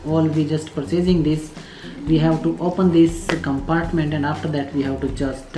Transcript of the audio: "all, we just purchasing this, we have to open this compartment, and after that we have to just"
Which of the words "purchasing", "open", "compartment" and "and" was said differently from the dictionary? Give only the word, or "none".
purchasing